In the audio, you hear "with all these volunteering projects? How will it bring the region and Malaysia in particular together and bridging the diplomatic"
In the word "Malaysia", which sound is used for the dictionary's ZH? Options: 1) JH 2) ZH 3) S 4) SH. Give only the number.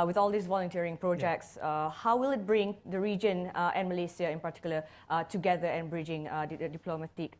3